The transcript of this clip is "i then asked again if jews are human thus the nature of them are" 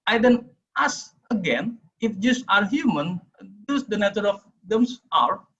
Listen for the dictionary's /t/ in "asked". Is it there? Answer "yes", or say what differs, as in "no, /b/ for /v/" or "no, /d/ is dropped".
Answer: no, /t/ is dropped